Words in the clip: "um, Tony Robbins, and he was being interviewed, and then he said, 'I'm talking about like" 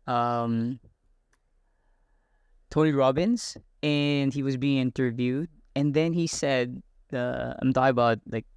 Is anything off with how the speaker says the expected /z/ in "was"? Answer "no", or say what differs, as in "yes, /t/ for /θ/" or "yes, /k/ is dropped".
no